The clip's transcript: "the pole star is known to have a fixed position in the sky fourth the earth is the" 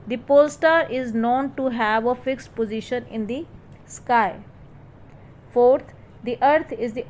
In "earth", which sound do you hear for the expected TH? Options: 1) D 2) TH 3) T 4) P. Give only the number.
3